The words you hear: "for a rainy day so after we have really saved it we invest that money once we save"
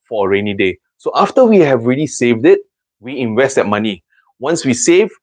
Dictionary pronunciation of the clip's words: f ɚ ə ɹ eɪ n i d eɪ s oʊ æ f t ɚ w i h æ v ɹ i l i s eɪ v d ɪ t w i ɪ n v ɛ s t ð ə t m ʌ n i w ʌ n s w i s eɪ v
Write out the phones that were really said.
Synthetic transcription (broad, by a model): f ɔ ə ɹ eɪ n i d eɪ s oʊ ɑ f t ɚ w i h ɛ v ɹ i l i s eɪ v d ɪ t w i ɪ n v ɛ s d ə t m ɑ n i w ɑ n s w i s eɪ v